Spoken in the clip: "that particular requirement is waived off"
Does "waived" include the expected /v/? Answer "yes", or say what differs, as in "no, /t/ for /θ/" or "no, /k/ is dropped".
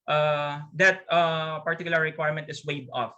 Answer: no, /v/ is dropped